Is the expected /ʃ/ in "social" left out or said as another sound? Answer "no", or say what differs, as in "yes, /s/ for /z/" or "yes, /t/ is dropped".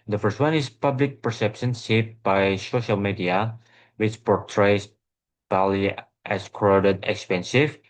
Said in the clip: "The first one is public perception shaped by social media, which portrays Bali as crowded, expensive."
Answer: no